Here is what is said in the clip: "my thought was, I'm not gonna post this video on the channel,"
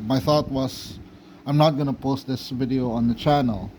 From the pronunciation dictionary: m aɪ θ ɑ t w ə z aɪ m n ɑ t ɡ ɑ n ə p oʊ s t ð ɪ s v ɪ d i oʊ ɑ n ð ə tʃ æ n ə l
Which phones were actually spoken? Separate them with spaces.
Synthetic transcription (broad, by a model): m aɪ θ ɑ t w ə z aɪ m n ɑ t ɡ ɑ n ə p oʊ s t ð ɪ s v ɪ d i oʊ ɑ n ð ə tʃ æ n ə l